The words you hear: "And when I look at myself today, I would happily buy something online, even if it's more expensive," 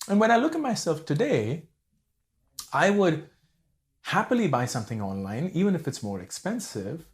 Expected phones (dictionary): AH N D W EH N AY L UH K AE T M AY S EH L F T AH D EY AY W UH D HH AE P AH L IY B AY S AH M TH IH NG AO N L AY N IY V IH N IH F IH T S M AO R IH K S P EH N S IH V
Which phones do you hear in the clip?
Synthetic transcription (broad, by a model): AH N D W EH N AY L UH K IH T M AY S EH L F T AH D EY AY W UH D HH AE P AH L IY B AY S AH M TH IH NG AO N L AY N IY V IH N IH F IH T S M AO R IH K S P EH N S IH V